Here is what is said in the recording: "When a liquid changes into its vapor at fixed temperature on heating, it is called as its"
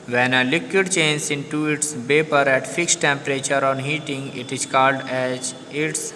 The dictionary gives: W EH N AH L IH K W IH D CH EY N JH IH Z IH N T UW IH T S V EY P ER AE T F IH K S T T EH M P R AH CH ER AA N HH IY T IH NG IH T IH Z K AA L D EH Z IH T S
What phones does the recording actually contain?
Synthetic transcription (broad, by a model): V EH N AH L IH K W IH D CH EY N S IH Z IH N T UW IH T S B EY P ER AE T F IH K S T T EH M P R AH CH ER AA N HH IY T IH NG IH T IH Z K AA L D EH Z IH T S